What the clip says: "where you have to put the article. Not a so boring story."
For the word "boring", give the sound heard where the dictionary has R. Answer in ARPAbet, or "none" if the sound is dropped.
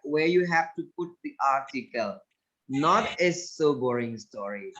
R